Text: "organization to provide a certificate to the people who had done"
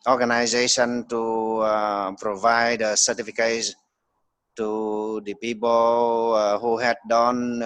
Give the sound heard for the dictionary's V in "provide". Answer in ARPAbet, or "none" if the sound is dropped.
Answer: V